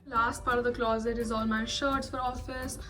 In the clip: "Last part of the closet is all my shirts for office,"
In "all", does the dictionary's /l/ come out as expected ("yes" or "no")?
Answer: yes